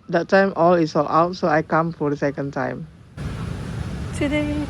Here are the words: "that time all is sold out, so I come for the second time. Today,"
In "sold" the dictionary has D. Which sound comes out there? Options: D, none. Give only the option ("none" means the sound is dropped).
none